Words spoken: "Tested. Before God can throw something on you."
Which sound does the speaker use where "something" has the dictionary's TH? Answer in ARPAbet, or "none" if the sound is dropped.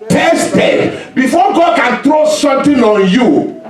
T